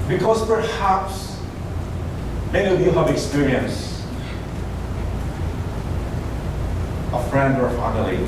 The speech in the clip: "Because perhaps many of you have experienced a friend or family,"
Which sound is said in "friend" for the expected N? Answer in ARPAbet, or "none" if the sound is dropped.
N